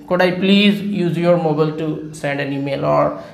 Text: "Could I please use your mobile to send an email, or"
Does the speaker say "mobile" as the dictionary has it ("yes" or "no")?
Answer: yes